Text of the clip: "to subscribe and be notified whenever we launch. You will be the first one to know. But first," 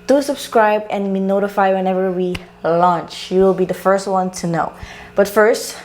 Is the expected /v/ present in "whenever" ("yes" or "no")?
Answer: yes